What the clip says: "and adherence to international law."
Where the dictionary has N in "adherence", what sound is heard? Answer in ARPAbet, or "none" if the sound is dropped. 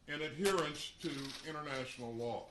N